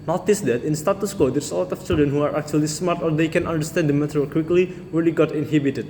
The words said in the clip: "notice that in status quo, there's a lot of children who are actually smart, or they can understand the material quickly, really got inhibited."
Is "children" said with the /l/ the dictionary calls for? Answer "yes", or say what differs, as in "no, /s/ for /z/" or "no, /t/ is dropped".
yes